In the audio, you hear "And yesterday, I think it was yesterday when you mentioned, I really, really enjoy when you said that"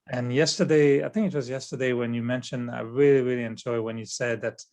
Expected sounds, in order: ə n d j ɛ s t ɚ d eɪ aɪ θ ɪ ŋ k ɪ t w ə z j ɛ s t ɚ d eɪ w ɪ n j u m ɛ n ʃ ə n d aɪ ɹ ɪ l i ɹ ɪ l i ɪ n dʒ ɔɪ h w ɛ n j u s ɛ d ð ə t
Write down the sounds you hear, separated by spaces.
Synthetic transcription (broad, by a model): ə n j ɛ s t ɚ d eɪ aɪ θ ɪ ŋ k ɪ t w ə z j ɛ s t ɚ d eɪ w ɪ n j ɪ m ɛ n ʃ ə n d aɪ ɹ ɪ l i ɹ ɪ l i ɪ n dʒ ɔɪ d w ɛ n j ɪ s ɛ d ð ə t